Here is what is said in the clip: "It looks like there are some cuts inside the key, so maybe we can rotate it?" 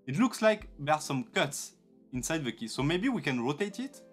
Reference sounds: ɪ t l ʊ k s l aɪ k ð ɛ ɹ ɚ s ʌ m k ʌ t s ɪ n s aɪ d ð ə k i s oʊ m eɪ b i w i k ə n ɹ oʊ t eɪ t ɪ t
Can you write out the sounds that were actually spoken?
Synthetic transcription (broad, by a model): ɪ t l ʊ k s l aɪ k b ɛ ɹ s ʌ m k ʌ t s ɪ n s aɪ d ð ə k i s oʊ m eɪ b i w i k ə n ɹ oʊ t eɪ t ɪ t